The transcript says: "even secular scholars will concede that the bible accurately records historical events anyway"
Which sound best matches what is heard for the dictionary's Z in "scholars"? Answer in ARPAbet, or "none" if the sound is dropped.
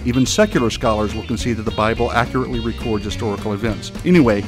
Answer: Z